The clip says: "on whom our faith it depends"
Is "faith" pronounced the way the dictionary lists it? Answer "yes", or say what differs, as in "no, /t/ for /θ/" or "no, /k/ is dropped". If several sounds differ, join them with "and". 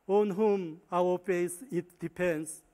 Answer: no, /s/ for /θ/